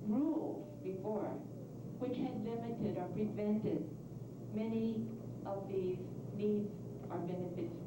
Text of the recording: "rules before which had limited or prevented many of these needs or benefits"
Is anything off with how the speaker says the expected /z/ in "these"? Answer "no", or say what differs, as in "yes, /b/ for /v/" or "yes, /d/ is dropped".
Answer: no